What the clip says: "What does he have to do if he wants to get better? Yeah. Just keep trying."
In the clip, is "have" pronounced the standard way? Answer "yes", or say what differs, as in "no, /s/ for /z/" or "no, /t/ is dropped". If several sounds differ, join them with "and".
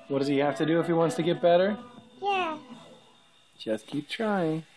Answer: no, /f/ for /v/